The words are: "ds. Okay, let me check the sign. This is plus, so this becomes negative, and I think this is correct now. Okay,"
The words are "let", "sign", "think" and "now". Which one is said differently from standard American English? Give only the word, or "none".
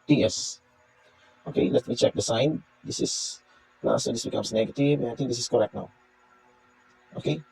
think